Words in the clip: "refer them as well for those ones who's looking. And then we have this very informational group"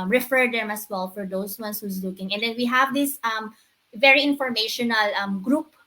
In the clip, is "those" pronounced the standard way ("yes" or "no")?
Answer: no